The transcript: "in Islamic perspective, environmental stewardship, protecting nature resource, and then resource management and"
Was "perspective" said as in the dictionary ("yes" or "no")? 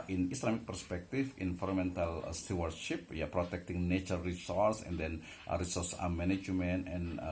no